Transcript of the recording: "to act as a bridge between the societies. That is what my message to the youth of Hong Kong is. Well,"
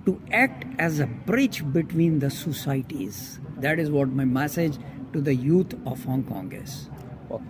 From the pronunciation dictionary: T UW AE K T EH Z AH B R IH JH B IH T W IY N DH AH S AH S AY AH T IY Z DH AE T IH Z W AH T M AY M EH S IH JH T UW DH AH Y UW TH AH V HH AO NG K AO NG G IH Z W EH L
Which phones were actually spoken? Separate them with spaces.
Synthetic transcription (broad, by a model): T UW AE K T EH Z AH B R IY CH B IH T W IY N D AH S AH S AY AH T IY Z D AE T IH Z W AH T M AY M EH S IH JH T UW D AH Y UW T AH V HH AO NG K AO NG G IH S